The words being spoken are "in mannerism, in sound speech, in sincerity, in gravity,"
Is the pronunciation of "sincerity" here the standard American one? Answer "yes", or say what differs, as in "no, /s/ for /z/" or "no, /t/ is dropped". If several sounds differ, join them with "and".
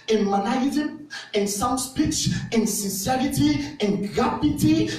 yes